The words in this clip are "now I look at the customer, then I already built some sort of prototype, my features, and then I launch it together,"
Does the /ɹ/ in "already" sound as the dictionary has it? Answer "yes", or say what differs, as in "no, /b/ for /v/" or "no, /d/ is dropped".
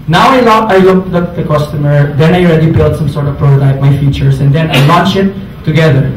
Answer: yes